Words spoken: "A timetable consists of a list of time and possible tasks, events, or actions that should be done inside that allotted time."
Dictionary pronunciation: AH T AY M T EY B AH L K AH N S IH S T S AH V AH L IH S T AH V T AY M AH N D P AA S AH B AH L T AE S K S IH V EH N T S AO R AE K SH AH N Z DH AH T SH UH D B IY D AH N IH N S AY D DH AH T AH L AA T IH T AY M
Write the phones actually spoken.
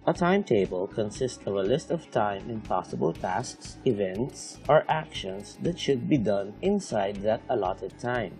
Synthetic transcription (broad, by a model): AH T AY M T EY B AH L K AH N S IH S T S AH V AH L IH S T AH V T AY M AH N P AA S AH B AH L T AE S K S IH V EH N T S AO R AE K SH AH N S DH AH T SH UH D B IY D AH N IH N S AY D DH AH T AH L AA T IH T AY M